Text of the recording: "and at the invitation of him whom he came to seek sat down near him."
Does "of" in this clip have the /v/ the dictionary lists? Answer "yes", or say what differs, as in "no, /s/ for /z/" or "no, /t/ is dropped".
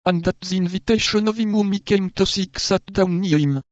yes